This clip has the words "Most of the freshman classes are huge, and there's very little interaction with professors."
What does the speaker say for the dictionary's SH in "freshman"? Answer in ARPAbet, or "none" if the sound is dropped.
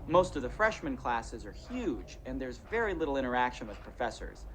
SH